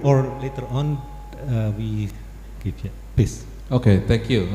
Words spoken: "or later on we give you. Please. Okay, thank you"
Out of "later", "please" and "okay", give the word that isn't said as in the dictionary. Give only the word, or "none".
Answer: please